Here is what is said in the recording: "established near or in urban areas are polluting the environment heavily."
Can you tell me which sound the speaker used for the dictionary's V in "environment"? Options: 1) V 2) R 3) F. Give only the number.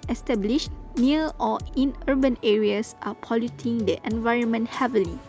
1